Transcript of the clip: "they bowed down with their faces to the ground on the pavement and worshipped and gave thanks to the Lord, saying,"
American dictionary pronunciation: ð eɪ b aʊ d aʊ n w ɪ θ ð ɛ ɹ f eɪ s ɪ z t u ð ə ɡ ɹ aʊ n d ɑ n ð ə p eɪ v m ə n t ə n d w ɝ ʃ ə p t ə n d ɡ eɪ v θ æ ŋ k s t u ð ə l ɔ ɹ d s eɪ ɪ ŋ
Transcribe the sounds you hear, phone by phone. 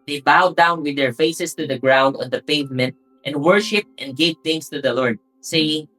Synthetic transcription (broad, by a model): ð eɪ b aʊ d aʊ n w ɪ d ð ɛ ɹ f eɪ s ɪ s t u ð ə ɡ ɹ aʊ n d ɑ n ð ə p eɪ v m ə n t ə n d w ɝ ʃ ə p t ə n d ɡ eɪ v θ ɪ ŋ s t u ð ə l ɔ ɹ d s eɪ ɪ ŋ